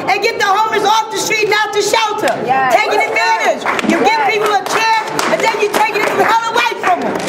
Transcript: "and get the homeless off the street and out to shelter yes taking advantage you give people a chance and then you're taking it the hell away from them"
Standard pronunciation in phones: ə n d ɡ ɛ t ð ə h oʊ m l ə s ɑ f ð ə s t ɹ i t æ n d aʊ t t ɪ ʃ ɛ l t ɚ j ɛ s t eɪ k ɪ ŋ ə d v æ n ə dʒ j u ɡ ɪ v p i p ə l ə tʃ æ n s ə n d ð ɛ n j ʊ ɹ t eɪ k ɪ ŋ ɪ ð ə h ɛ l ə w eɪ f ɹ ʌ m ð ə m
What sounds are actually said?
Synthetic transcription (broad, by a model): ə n ɡ ɛ t ð ə h oʊ m ə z ɑ f ð ə s t ɹ i t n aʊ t t ɪ ʃ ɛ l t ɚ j t eɪ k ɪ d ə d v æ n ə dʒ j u ɡ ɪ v p i p l ə tʃ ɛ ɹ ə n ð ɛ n j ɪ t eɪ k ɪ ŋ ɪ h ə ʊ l ə w eɪ f ɹ ʌ m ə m